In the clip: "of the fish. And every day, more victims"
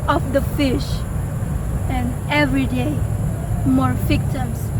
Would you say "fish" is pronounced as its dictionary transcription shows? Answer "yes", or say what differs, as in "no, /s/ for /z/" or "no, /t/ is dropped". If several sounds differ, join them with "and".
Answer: yes